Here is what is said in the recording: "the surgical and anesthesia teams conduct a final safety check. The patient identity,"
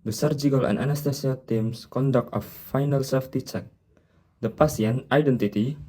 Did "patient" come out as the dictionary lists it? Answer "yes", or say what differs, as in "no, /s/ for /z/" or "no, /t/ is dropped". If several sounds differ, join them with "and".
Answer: no, /s/ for /ʃ/